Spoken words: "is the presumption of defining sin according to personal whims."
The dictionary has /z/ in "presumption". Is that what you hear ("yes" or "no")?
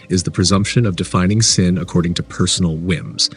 yes